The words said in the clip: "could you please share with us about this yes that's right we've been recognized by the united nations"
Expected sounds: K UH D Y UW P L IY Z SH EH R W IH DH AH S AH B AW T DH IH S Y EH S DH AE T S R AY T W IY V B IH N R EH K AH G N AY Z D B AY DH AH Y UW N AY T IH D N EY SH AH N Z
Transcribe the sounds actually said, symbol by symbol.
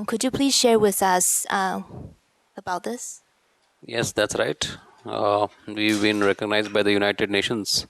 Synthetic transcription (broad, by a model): K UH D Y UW P L IY Z SH EH R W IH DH AH S AH B AW T DH IH S Y EH S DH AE T S R AY T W IY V B IH N R EH K AH G N AY Z D B AY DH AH Y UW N AY T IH D N EY SH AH N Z